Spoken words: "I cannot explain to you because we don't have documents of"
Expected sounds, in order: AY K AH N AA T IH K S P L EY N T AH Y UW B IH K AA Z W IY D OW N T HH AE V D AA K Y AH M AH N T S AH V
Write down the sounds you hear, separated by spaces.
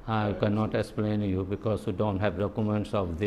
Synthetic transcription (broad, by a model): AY K AH N AA T IH K S P L EY N Y UW B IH K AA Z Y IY D OW N T HH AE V D AA K Y AH M AH N T S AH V